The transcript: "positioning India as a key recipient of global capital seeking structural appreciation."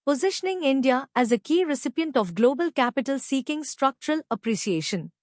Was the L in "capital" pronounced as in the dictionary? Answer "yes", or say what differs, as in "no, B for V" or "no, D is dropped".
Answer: yes